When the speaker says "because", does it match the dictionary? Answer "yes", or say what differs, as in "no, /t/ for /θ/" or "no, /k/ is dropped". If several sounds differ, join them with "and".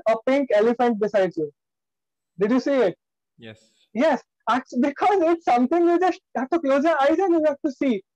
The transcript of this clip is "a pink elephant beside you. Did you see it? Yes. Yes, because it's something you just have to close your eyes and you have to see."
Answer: yes